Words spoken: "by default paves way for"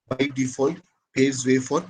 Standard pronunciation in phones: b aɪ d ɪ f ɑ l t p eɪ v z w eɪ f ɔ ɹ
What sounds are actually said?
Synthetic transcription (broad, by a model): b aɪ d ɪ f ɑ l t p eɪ z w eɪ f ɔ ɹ